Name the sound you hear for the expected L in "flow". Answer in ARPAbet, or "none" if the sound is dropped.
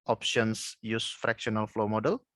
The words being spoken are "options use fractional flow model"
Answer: L